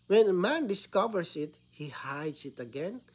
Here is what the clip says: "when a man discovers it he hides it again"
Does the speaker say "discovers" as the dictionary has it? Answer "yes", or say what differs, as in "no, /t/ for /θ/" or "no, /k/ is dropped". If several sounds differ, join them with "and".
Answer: no, /s/ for /z/